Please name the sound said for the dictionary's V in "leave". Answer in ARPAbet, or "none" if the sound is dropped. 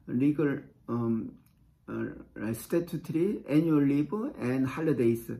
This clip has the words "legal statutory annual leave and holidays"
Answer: B